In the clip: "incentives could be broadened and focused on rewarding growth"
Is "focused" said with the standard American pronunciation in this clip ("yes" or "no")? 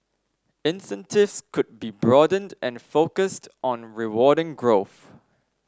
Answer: yes